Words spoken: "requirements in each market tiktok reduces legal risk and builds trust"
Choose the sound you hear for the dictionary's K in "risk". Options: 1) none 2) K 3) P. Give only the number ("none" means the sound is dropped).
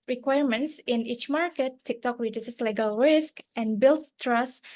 2